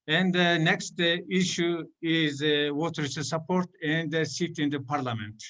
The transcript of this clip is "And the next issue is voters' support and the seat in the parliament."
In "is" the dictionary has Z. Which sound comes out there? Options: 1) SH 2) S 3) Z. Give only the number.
3